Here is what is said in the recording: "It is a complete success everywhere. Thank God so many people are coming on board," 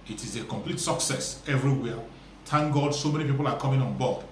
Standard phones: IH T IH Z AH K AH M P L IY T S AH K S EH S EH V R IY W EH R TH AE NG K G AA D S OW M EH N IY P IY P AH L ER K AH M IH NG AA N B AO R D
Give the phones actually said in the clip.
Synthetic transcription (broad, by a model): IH T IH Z AH K AH M P L IY T S AH K S EH S EH V R IY W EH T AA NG G AA D S OW M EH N IY P IY P AH L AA K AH M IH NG AA N B AO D